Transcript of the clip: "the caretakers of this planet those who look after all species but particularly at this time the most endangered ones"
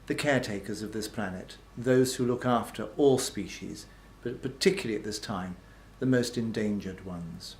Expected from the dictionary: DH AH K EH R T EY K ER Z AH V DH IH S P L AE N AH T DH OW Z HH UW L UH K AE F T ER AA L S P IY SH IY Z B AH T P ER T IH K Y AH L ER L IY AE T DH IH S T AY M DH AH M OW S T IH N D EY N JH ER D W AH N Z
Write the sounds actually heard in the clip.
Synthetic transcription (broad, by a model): DH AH K EH R T EY K ER Z AH V DH IH S P L AE N AH T DH OW Z HH UW L UH K AE F T ER AA L S P IY SH IY Z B AH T P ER T IH K Y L L IY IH T DH IH S T AY M DH AH M OW S T IH N D EY N JH ER D W AH N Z